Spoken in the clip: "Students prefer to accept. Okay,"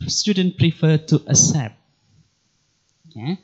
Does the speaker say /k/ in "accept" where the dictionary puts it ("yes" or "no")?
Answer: no